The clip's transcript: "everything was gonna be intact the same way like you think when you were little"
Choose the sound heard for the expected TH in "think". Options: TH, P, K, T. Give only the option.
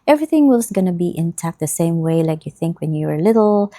TH